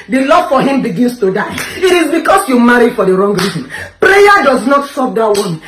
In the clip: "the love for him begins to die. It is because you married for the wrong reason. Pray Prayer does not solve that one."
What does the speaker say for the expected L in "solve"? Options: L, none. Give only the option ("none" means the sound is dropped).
none